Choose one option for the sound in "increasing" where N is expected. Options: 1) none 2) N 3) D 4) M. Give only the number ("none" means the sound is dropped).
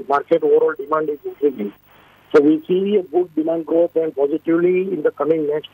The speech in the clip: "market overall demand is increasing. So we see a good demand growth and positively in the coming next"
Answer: 1